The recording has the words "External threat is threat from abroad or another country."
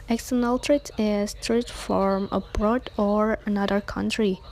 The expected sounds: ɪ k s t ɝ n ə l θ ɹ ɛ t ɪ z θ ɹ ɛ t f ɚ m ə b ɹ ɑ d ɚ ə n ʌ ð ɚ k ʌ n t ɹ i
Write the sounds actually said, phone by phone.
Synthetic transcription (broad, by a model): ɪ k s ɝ n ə l t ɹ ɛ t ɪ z t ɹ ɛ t f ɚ m ə b ɹ ɑ d ɚ ə n ʌ ð ɚ k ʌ n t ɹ i